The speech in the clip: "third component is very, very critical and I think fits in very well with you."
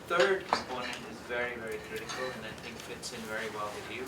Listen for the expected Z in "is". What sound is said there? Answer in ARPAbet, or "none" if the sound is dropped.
Z